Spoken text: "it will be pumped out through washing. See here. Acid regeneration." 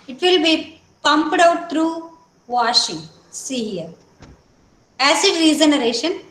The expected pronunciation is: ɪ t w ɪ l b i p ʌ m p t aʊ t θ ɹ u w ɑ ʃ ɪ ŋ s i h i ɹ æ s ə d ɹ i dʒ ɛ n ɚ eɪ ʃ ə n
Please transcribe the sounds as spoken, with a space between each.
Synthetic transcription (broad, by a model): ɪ t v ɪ l b i p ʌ m p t aʊ t t ɹ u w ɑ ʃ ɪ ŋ s i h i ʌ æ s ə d ɹ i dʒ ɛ n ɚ eɪ ʃ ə n